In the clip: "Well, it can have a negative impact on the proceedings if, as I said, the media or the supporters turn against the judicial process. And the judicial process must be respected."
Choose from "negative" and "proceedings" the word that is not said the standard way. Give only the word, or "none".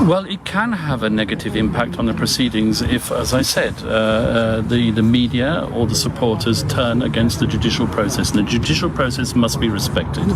none